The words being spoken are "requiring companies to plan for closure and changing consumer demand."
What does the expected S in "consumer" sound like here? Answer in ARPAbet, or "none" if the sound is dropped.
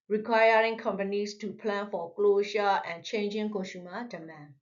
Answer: SH